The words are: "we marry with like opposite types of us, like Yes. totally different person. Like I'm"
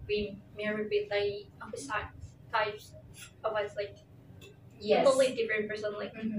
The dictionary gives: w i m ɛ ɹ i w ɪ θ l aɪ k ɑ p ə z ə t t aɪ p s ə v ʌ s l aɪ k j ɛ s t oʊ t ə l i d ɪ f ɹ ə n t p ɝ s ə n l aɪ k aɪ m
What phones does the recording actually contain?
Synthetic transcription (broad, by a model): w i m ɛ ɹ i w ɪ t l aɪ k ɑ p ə s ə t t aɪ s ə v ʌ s l aɪ k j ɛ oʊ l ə i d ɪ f ɹ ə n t p ɝ s ə n l aɪ k